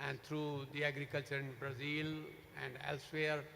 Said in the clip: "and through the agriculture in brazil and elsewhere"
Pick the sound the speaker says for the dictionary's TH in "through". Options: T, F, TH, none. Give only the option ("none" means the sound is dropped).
T